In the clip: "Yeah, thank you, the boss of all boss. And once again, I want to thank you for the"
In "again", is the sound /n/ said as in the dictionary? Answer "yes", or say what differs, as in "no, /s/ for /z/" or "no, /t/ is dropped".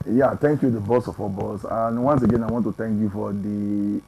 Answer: yes